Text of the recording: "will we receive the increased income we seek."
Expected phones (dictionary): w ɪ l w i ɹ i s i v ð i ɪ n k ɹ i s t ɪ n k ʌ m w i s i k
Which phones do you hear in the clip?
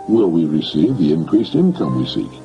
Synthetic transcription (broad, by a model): w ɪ l w i ɹ i s i v ð i ɪ n k ɹ i s t ɪ n k ʌ m w i s i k